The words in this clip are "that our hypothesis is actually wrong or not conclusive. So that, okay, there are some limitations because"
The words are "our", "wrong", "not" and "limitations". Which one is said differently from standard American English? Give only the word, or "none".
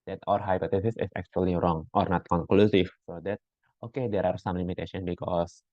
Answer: limitations